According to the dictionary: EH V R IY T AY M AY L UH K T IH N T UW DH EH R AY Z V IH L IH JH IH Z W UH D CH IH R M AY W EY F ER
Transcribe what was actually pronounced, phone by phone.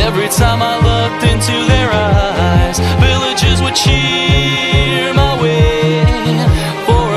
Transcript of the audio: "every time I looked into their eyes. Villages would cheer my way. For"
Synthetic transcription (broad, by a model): EH V R IY T AY M AY L UH K T IH N T UW DH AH R AY Z V IH L IH JH IH Z W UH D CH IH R M AY W EY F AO